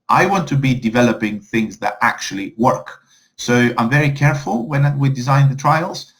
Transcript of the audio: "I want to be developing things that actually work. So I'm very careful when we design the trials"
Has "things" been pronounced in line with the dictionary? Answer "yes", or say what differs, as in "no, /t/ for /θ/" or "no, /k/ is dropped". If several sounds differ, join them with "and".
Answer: yes